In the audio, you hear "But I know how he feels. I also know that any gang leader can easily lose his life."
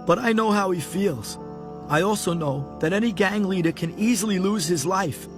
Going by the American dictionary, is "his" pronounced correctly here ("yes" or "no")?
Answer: yes